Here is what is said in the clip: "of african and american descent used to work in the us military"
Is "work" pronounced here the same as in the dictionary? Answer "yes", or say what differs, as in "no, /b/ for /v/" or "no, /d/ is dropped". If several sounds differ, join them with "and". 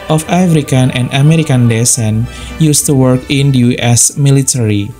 yes